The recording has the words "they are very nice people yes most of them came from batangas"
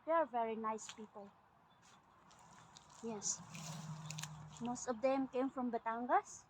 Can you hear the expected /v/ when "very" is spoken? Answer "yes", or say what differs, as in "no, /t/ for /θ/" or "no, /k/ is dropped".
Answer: yes